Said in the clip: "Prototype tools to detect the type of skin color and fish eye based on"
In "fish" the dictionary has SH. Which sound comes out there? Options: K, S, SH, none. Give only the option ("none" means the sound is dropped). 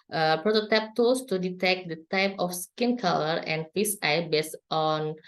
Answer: S